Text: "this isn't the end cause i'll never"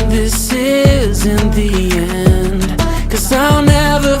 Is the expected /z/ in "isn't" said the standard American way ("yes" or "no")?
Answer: yes